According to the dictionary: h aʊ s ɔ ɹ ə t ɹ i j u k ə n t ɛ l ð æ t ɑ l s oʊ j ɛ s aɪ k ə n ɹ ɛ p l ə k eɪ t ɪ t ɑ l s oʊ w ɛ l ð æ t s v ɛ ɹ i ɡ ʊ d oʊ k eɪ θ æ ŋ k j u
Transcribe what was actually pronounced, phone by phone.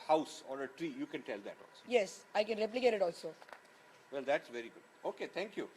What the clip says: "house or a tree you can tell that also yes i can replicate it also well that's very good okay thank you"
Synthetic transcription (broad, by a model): h aʊ s ɔ ɹ ə t ɹ i j u k ə n t ɛ l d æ t ɑ l s oʊ j ɛ s aɪ k ə n ɹ ɛ p l ə k eɪ t ɪ t ɑ l s oʊ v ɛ l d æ t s v ɛ ɹ i ɡ ʊ d oʊ k eɪ t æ ŋ k j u